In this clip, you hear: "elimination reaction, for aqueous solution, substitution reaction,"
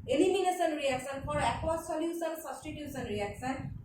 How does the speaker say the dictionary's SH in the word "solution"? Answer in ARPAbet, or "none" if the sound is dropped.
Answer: S